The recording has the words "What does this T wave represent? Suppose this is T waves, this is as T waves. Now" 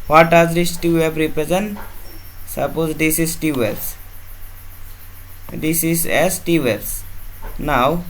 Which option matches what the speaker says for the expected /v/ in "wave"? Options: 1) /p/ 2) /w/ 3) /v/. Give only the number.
1